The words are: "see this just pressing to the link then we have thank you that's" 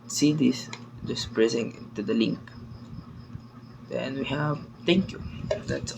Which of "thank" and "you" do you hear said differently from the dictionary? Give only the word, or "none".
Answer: thank